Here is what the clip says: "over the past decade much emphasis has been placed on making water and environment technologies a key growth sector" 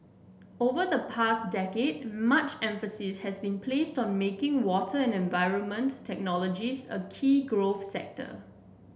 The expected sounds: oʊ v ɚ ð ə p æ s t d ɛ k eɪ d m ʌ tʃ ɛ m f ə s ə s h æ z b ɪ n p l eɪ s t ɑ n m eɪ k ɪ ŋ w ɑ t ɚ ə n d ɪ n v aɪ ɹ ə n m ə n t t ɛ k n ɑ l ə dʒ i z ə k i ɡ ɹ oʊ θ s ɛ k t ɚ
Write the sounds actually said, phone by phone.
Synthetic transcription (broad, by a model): oʊ v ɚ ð ə p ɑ s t d ɛ k eɪ d m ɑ tʃ ɛ m f ə s ə s h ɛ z b ɪ n p l eɪ s t ɑ n m eɪ k ɪ ŋ w ɑ t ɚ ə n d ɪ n v aɪ ɹ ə n m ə n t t ɛ k n ɑ l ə dʒ i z ə k i ɡ ɹ oʊ f s ɛ k t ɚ